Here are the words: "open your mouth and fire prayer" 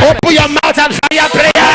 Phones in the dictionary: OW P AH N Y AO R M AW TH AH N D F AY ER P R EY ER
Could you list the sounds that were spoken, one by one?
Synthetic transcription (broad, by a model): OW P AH Y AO M AW T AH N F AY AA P R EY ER